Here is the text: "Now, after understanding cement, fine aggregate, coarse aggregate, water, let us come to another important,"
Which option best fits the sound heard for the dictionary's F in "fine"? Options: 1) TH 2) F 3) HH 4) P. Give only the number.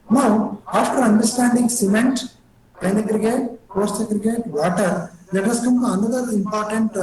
4